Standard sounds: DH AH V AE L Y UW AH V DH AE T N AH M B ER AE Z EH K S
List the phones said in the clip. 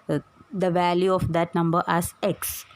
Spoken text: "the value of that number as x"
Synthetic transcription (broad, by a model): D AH V AE L Y UW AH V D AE T N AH M B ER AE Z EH K S